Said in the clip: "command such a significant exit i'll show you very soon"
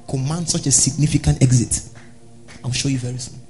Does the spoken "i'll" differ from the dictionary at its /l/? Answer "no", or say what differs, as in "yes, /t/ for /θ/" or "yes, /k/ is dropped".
yes, /w/ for /l/